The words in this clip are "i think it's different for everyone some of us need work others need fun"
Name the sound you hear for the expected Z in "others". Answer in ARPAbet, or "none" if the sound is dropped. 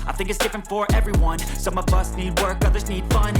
Z